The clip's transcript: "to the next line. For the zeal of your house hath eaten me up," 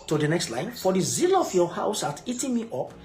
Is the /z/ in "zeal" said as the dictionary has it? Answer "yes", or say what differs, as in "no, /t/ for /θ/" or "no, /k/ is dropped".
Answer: yes